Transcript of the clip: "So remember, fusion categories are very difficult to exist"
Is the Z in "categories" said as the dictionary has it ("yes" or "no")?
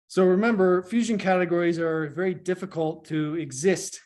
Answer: yes